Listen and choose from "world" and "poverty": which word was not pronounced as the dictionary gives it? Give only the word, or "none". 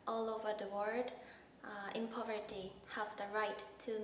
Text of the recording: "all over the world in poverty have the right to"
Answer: world